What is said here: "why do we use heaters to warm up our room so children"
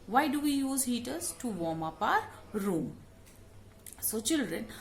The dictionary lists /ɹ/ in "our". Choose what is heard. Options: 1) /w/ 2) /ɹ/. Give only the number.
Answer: 2